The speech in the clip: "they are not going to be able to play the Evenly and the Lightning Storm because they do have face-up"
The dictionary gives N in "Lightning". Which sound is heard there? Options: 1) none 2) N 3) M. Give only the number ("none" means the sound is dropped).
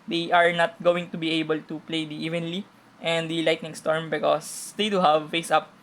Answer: 2